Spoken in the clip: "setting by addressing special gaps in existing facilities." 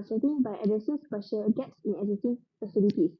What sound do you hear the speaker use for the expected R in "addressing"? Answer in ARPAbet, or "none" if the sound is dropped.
none